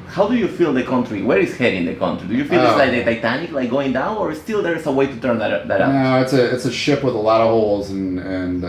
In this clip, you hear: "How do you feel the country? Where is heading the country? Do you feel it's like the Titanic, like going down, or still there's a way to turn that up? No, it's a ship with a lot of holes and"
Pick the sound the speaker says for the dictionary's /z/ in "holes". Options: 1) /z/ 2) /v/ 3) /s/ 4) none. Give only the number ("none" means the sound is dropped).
1